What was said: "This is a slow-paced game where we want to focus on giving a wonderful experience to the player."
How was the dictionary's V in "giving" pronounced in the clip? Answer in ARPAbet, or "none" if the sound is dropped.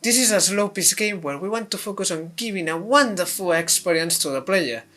B